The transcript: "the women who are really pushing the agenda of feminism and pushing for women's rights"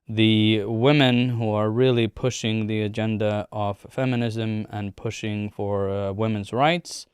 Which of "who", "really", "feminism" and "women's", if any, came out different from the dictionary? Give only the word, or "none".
none